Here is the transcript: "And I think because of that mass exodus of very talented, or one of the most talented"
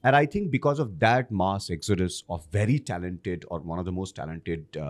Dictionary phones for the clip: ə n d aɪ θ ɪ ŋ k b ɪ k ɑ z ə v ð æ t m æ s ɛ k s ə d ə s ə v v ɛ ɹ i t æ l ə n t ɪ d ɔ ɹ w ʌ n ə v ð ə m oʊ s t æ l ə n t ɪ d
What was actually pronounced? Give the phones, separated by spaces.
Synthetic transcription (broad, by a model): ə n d aɪ t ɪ ŋ k b ɪ k ɑ z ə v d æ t m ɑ s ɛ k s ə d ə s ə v v ɛ ɹ i t æ l ə n t ɪ d ɔ ɹ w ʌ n ə v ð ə m oʊ s t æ l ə n t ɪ d